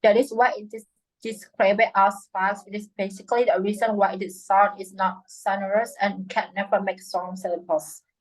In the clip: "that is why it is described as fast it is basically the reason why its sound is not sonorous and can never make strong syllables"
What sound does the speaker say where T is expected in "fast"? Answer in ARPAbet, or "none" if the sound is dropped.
none